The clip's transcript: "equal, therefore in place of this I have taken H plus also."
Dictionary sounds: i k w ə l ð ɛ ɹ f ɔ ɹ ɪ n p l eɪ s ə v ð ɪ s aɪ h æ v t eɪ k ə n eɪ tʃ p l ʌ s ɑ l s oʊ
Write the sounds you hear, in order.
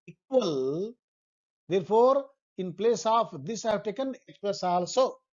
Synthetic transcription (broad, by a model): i k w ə l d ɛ ɹ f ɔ ɹ ɪ n p l eɪ s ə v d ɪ s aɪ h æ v t eɪ k ə n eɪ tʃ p ʌ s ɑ l s oʊ